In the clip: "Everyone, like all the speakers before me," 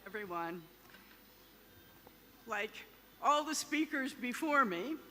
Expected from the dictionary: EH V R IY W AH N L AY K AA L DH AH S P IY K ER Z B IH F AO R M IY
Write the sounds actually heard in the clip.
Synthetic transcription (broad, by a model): EH V R IY W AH N L AY K AA L DH AH S P IY K ER Z B IH F AO R M IY